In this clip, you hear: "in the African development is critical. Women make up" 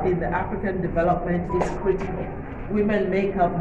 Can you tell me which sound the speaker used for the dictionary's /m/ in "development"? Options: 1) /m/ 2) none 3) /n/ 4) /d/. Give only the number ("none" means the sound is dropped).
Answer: 1